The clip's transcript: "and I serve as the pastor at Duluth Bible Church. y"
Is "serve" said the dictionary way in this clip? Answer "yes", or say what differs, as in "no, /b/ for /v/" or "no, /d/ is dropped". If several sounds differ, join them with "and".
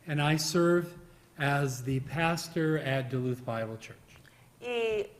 yes